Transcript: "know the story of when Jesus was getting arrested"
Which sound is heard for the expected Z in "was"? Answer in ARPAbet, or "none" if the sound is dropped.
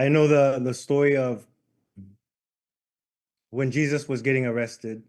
Z